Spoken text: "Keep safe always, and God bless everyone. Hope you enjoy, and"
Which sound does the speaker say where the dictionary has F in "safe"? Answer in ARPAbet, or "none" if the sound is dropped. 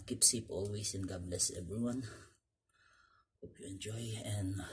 P